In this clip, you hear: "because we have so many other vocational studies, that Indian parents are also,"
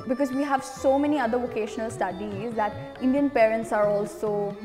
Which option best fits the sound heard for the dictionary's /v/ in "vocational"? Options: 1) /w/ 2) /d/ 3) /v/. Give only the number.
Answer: 3